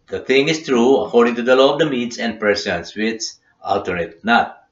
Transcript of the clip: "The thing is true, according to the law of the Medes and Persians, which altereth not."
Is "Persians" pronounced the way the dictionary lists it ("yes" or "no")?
no